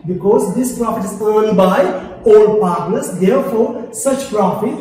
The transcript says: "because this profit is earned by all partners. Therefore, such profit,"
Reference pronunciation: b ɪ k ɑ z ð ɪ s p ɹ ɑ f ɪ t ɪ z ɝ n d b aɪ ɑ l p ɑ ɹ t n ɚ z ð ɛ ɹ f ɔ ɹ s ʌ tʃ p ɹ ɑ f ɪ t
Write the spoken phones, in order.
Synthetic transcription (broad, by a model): b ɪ k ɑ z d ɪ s p ɹ ɑ f ɪ t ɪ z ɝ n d b aɪ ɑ l p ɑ ɹ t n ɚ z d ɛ ɹ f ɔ ɹ s ʌ tʃ p ɹ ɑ f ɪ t